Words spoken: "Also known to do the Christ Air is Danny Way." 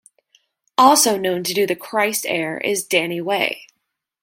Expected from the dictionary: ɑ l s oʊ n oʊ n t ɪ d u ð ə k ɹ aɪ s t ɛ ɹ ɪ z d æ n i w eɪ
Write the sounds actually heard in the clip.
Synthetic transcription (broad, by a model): ɑ l s oʊ n oʊ n t ɪ d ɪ ð ə k ɹ aɪ s t ɛ ɹ ɪ z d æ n i w eɪ